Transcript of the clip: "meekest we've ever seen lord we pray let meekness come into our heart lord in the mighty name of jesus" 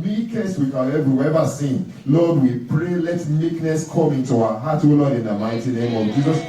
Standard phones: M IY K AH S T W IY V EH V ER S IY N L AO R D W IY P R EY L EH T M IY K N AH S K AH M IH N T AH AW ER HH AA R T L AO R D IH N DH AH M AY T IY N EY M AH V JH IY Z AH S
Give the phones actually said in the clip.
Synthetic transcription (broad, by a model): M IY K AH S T W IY W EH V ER S IY N L AO D W IY P R EY L EH T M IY K N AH S K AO M IH N T AH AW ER HH AA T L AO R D IH N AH M AY T IY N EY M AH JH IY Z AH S